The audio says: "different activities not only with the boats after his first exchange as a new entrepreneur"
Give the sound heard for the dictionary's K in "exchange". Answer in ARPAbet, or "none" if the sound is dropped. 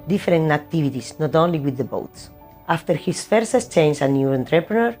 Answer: none